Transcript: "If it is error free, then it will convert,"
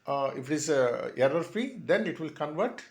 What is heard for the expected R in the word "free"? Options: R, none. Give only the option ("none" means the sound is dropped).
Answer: none